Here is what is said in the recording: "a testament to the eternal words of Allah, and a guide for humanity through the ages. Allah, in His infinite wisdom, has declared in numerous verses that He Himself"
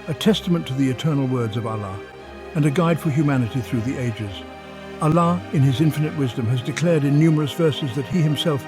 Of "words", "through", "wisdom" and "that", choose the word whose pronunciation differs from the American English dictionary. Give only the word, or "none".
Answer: none